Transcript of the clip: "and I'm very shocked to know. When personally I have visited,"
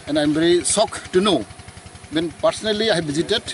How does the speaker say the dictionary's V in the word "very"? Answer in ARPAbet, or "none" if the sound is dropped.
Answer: B